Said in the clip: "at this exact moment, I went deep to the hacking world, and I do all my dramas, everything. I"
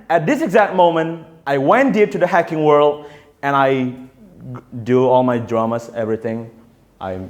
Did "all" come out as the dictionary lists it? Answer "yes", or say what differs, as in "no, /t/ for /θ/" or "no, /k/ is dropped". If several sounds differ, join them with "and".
yes